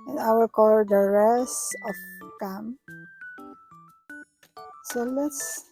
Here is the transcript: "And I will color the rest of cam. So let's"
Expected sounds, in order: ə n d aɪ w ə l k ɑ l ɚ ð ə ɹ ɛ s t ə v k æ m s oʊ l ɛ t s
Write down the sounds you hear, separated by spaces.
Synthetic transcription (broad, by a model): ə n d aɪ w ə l k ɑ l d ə ɹ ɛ s ə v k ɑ m s oʊ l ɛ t s